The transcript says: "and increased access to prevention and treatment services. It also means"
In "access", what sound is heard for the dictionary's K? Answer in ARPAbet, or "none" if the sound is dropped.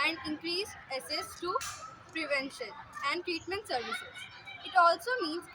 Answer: none